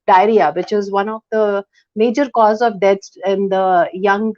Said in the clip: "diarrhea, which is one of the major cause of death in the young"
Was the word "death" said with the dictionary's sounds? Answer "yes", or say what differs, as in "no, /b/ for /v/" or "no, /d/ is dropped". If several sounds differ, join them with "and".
no, /s/ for /θ/